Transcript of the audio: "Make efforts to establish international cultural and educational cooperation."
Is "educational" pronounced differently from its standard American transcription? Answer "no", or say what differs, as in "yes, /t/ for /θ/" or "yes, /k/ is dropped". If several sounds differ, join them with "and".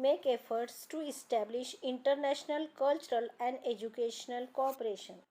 no